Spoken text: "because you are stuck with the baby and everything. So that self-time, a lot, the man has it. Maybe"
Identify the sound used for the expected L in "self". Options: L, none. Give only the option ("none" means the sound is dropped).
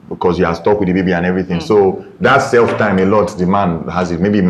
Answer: L